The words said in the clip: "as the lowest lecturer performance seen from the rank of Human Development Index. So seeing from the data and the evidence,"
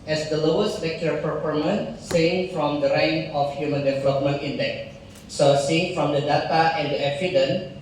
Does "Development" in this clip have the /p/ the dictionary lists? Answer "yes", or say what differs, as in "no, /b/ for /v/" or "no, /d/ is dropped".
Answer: yes